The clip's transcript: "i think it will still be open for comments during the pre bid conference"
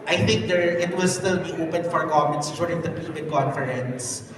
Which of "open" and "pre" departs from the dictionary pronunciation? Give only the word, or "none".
pre